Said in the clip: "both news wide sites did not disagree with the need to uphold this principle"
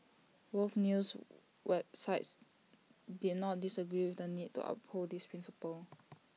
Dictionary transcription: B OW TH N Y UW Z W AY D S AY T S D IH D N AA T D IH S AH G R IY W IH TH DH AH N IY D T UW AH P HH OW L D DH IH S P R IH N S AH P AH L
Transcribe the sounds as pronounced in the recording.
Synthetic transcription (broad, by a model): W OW F N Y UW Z W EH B S AY T S D IH D N AA T D IH S AH G R IY W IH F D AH N IY D T UW AH P HH OW L D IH S P R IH N S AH P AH L